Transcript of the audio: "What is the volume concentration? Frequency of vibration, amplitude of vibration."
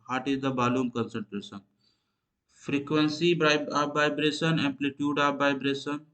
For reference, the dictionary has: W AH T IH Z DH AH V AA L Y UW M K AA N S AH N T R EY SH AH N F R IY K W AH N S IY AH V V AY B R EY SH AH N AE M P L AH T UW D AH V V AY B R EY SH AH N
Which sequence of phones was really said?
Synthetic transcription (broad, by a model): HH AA T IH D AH B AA L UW M K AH N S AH N T R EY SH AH N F R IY K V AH N S IY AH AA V AY B R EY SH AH N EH M P L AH T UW D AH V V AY B R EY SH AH N